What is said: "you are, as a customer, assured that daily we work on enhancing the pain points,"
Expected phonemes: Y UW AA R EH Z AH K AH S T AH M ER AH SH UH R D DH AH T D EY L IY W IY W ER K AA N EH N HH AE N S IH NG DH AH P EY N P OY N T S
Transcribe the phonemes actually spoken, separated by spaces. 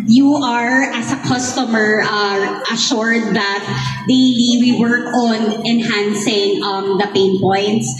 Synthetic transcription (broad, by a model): Y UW AA R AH S AH K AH S T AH M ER AH SH UH R D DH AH T D EY L IY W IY W ER K AA N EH N HH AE N S IH NG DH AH P EY N P OY N T S